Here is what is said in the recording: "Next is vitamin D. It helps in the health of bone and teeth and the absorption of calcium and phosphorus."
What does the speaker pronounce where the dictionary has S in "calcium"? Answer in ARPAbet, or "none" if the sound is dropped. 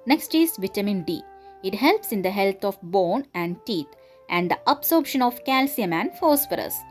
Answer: S